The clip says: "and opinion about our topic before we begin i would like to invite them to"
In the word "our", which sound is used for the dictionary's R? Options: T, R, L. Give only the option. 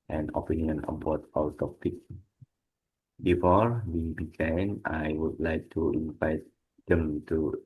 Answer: L